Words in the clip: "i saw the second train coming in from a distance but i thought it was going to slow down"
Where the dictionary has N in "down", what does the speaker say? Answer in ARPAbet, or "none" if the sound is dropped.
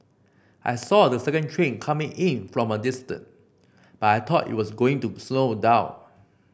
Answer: none